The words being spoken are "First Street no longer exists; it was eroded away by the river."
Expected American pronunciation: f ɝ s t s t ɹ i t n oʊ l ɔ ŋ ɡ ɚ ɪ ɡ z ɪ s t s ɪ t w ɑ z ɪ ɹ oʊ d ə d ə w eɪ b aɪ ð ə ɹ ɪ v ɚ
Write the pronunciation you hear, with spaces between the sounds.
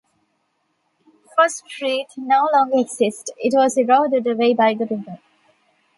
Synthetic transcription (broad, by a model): f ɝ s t s t ɹ i t n oʊ l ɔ ŋ ɡ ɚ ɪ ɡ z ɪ s t ɪ t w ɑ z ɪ ɹ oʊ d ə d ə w eɪ b aɪ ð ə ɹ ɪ ɚ